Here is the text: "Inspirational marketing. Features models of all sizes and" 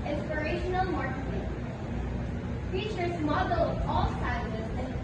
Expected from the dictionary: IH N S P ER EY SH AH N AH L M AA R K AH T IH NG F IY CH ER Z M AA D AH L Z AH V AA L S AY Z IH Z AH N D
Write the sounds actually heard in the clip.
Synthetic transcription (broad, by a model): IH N S P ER EY SH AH N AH L M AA R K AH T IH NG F IY CH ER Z M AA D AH L AH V AA L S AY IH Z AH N